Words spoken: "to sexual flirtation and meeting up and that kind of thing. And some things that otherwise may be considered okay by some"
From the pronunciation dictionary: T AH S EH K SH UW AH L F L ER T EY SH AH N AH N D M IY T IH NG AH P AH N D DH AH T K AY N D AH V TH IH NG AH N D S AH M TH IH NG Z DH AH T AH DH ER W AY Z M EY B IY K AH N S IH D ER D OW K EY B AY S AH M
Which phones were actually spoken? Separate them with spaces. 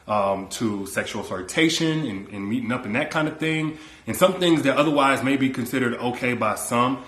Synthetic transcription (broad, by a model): T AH S EH K SH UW L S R T EY SH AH N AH N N M IY T IH NG AH P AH N DH AH T K AY N D AH V TH IH NG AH N S AH M TH IH NG Z DH AH T AH DH ER W AY Z M EY B IY K AH N S IH D ER D OW K EY B AY S AH M